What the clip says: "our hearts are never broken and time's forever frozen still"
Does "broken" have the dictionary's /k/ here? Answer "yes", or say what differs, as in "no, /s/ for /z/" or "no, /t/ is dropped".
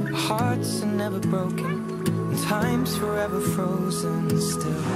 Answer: no, /k/ is dropped